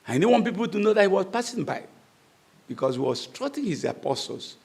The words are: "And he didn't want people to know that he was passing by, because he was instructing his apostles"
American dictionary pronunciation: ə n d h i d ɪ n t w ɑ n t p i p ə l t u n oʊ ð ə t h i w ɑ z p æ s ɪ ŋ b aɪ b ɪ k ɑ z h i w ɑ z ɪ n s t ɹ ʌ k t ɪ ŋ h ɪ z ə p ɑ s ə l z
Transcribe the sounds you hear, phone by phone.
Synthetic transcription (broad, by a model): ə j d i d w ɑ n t p i p ə l t u n oʊ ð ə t h i w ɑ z p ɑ s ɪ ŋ b aɪ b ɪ k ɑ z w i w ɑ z s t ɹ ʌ t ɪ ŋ h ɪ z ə p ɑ s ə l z